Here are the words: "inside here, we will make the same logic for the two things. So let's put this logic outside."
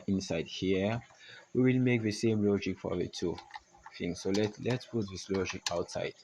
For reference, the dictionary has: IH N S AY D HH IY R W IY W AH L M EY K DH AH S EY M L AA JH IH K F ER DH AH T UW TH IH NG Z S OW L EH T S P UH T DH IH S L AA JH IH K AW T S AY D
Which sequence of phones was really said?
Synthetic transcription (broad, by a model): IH N S AY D HH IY W IY W AH L M EY K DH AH S EY M L AA JH IH K F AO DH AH T UW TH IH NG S S OW L EH T S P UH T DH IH S L AA JH IH K AW T S AY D